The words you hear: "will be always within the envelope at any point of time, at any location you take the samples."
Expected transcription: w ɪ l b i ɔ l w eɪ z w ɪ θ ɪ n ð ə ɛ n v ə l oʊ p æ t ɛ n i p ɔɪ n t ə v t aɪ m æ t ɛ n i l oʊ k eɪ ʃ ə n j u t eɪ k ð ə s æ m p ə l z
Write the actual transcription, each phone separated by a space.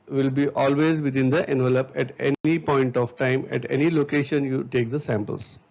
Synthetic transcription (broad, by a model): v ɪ l b i ɔ l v eɪ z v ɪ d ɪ n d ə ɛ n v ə l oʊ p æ t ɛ n i p ɔɪ n t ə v t aɪ m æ t ɛ n i l oʊ k eɪ ʃ ə n j u t eɪ k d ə s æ m p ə l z